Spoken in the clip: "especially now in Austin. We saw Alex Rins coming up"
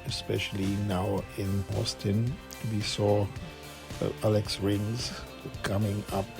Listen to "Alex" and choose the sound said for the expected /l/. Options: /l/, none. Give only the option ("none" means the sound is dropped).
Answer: /l/